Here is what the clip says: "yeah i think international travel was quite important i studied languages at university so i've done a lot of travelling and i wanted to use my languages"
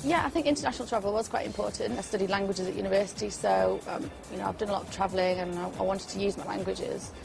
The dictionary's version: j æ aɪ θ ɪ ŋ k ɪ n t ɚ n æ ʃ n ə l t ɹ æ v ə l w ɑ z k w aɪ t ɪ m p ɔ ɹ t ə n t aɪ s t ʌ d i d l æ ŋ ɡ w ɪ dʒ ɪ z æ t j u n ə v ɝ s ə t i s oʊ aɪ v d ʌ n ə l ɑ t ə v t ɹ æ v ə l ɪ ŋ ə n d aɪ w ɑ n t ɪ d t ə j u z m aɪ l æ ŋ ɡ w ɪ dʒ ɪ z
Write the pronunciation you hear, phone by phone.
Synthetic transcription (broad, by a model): j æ aɪ θ ɪ ŋ k ɪ n t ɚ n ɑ ʃ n l t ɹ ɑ v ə l w ɑ z k w aɪ t ɪ m p ɔ t n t aɪ s t ʌ d i d l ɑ ŋ ɡ w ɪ dʒ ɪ z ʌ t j u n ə v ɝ s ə t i s oʊ aɪ v d ʌ n ə l ɑ t ə v t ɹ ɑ v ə l ɪ ŋ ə n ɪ aɪ w ɑ n t ɪ d t ə j u z m aɪ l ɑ ŋ ɡ w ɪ dʒ ɪ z